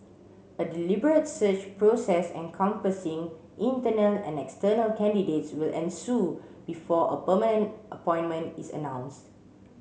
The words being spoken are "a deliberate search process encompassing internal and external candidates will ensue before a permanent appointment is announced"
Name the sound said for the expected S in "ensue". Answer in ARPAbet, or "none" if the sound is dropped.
S